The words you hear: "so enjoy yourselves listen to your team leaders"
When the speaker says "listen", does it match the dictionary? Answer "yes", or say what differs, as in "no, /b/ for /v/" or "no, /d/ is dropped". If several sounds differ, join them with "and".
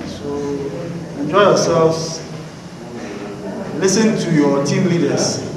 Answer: yes